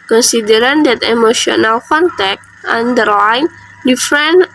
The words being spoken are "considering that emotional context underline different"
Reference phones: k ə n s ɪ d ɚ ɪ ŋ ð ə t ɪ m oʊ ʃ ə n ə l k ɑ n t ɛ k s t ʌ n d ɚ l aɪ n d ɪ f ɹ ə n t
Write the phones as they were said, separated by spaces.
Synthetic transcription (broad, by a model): k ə n s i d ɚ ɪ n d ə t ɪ m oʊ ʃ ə n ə l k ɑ n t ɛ k t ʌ n d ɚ l aɪ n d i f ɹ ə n